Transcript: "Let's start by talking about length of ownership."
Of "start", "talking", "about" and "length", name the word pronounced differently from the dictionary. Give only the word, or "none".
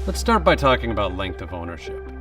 none